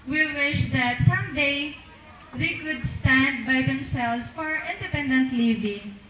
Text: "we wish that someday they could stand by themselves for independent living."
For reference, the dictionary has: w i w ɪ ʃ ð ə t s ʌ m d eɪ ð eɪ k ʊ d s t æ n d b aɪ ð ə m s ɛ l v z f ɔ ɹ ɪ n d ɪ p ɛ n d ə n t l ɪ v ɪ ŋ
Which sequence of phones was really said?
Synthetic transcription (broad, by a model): w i w ɪ ʃ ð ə t s ʌ m d eɪ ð eɪ k ʊ d s t æ n d b aɪ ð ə m s ɛ l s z f ɔ ɹ ɪ n d ɪ p ɛ n d ə n t l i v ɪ ŋ